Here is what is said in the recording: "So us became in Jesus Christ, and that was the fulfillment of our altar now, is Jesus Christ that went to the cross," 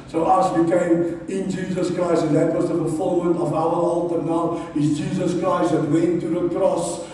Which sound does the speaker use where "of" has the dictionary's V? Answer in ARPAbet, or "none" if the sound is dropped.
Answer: V